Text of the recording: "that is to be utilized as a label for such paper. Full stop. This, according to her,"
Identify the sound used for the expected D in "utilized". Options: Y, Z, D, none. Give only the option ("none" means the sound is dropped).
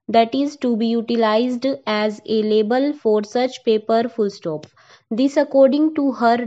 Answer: D